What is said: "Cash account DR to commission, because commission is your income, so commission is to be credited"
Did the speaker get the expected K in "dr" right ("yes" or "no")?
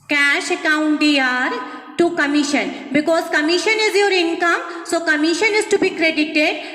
no